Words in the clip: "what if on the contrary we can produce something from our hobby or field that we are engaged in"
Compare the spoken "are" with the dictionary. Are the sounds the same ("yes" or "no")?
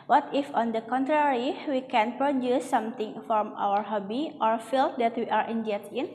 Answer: yes